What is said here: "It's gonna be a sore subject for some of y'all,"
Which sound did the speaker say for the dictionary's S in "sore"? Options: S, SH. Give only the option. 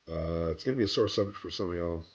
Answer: S